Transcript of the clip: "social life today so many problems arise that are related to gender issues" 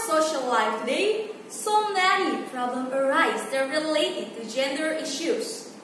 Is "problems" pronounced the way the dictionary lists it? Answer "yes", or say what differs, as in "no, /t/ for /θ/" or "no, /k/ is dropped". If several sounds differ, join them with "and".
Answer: no, /z/ is dropped